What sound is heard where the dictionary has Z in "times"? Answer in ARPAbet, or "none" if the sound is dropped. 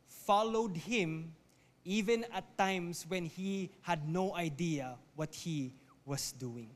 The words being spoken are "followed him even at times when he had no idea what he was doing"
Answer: S